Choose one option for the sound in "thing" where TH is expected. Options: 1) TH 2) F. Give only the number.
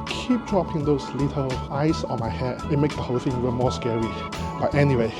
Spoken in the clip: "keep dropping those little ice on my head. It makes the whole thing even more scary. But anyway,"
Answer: 2